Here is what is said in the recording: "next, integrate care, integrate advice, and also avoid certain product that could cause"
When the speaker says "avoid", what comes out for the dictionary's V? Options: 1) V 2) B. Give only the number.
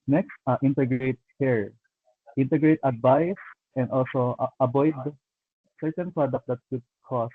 2